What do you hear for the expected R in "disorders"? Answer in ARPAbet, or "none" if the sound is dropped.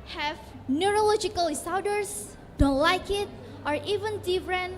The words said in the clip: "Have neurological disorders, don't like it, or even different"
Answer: W